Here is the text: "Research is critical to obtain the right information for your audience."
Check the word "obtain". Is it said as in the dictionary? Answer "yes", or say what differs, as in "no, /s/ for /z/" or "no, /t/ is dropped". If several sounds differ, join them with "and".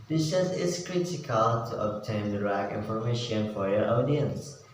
yes